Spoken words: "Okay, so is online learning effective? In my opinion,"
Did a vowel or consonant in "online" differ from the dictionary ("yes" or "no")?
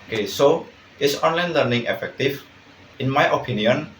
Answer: no